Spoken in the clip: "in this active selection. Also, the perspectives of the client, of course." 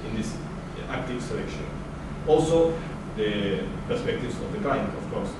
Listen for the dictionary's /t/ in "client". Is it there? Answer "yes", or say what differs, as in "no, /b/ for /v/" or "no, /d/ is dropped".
no, /t/ is dropped